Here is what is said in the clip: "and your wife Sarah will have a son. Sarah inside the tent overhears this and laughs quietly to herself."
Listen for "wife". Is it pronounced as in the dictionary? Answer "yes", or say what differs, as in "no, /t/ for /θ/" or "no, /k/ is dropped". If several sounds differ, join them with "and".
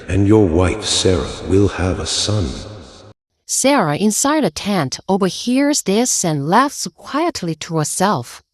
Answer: yes